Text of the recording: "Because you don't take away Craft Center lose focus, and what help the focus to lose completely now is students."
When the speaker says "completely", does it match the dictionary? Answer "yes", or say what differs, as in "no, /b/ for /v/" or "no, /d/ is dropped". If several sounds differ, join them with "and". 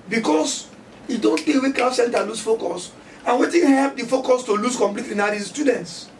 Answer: yes